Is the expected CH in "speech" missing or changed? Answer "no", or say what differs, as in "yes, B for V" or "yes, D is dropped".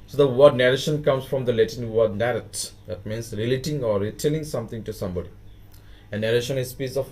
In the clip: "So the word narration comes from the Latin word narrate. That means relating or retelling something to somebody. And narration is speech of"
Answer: yes, S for CH